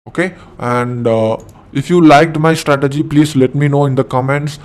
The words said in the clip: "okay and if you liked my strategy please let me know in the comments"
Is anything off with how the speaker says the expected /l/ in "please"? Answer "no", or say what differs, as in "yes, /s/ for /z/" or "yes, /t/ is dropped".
no